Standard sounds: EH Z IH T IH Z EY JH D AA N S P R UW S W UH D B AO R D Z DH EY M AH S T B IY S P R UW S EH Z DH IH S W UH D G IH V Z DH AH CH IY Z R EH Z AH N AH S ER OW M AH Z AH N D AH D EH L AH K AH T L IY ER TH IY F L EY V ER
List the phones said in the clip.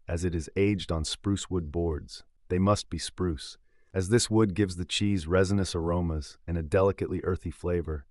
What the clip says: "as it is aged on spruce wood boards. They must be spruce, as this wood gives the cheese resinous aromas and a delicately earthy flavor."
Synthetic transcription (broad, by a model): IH Z IH T IH Z EY JH D N S P R UW S W UH D B AO R D Z DH EY M AH S T B IY S P R UW S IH Z DH IH S W UH D G IH V Z DH AH CH IY Z R EH Z AH N AH S ER OW M AH Z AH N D AH D EH L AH K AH T L IY ER TH IY F L EY V ER